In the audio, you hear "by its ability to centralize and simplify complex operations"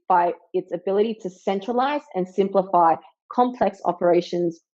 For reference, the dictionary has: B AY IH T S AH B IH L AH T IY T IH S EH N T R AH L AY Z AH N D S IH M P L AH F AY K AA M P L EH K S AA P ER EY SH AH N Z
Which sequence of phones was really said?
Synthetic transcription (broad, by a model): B AY IH T S AH B IH L AH T IY T IH S EH N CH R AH L AY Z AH N S IH M P L AH F AY K AA M P L EH K S AA P ER EY SH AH N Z